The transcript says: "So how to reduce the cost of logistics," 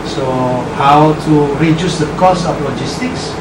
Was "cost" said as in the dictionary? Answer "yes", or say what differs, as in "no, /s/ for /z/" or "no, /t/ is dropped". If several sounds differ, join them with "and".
no, /t/ is dropped